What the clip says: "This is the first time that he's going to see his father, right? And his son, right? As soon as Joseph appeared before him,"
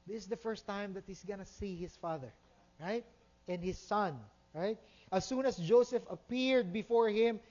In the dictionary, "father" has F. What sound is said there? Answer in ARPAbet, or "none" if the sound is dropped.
F